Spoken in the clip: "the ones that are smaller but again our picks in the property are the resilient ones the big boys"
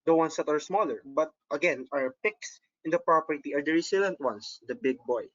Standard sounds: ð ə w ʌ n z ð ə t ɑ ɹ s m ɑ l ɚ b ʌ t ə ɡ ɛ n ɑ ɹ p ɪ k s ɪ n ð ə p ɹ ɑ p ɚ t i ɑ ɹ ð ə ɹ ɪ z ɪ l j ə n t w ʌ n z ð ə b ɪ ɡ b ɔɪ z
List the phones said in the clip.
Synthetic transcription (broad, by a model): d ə w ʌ n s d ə t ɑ ɹ s m ɑ l ɚ b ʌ t ə ɡ ɛ n ɑ ɹ p ɪ k s ɪ n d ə p ɹ ɑ p ɚ t i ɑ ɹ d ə ɹ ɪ s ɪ l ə n t w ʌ n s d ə b ɪ ɡ b ɔɪ